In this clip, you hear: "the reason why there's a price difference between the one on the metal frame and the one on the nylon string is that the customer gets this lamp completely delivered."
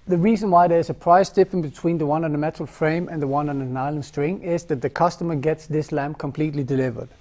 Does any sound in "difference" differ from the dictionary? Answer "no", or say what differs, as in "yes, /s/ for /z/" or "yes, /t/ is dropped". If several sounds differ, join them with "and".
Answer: yes, /s/ is dropped